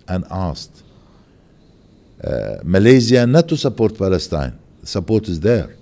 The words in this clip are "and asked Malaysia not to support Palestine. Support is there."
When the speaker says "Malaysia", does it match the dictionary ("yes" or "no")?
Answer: no